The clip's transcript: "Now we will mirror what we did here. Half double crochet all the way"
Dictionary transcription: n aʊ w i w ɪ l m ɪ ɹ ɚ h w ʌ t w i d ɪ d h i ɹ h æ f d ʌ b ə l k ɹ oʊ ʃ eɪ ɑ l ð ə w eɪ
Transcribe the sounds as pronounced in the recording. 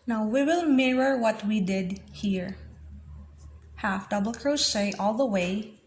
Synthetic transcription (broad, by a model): n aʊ w i w ɪ l m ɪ ɹ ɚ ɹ w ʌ t w i d ɪ d h i ɹ h æ f d ʌ b ə l k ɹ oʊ s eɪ ɑ l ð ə w eɪ